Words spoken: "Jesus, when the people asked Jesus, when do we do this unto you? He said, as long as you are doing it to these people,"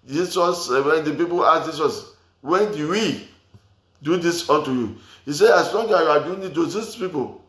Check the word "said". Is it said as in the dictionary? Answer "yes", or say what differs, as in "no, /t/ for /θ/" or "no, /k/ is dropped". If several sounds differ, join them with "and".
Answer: no, /d/ is dropped